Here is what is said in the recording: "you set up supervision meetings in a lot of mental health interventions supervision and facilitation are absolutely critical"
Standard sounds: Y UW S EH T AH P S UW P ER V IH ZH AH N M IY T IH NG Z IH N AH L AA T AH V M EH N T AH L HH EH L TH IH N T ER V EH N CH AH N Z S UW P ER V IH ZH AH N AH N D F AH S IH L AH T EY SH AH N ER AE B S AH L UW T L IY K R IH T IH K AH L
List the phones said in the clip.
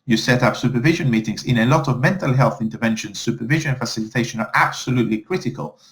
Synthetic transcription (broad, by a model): Y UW S EH T AH P S UW P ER V IH ZH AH N M IY T IH NG Z IH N AH L AA T AH V M EH N T AH L HH EH L TH IH N T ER V EH N SH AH N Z S UW P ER V IH ZH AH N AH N F AH S IH L AH T EY SH AH N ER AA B S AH L UW T L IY K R IH T IH K AH L